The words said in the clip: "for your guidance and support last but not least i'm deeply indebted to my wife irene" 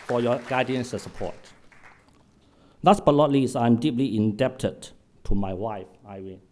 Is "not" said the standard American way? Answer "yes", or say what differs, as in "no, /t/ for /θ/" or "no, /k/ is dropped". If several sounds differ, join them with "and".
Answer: no, /l/ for /n/